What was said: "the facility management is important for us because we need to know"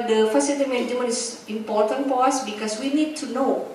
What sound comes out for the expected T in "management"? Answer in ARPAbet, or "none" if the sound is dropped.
none